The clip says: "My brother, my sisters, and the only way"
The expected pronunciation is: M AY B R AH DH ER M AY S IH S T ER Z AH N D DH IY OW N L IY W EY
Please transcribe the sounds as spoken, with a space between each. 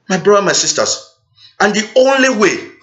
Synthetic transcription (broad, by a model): M AY B R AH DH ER M AY S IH S T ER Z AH N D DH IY OW N L IY W EY